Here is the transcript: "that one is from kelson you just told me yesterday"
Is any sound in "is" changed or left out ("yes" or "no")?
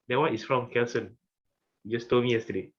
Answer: yes